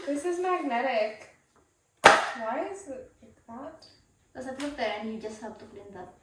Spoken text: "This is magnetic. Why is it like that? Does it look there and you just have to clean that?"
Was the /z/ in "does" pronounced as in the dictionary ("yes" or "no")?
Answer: no